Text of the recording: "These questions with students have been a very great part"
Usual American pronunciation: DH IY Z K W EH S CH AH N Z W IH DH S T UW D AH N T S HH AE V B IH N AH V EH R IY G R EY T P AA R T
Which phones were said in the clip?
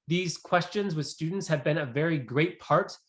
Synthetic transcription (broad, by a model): DH IY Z K W EH S CH AH N Z W IH DH S T UW D N T S HH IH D B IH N AH V EH R IY G R EY T P AA R T